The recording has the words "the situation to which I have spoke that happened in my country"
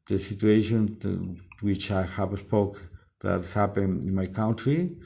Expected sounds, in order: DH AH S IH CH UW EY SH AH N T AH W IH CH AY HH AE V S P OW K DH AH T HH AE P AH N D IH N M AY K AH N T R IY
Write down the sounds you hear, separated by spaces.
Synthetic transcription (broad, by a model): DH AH S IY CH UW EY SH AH N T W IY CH AY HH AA P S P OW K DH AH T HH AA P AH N IH N M AY K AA N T R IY